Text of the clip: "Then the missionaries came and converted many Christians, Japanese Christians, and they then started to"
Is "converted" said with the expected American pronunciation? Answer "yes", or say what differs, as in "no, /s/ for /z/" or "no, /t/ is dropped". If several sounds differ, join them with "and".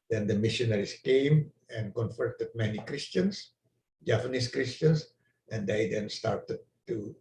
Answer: no, /f/ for /v/